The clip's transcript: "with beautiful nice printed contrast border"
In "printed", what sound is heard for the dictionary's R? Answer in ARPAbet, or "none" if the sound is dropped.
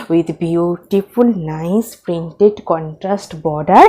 R